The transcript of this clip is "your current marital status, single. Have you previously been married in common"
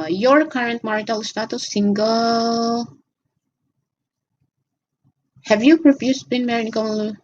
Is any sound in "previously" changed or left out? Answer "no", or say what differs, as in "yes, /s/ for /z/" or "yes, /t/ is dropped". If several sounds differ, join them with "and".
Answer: yes, /f/ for /v/